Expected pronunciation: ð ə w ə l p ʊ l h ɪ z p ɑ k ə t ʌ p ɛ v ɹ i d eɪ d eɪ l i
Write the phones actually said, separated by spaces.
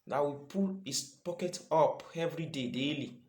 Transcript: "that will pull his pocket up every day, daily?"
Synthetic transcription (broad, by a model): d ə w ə p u l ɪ s p ɑ k ə t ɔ p ɛ v ɹ i d eɪ d eɪ l i